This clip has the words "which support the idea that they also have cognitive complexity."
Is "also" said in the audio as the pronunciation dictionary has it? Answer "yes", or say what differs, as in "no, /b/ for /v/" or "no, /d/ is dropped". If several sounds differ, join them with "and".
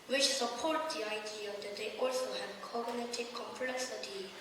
yes